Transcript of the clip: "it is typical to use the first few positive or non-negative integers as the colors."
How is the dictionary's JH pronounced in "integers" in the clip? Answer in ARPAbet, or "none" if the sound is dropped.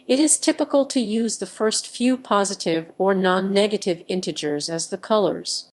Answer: JH